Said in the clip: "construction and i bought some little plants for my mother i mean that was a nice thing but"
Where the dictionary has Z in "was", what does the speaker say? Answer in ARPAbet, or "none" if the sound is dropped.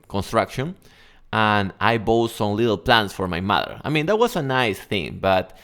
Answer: S